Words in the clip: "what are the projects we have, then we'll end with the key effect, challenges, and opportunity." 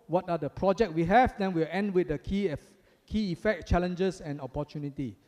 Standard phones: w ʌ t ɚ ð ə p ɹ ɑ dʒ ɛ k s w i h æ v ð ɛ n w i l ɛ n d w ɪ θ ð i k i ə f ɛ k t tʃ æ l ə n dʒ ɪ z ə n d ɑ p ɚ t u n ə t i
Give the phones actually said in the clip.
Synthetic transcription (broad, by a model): w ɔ t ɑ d ə p ɹ ɑ dʒ ɛ k w i h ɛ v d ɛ n w i l ɛ n d w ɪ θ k i k i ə f ɛ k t tʃ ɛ l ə n dʒ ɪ s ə n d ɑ p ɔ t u n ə t i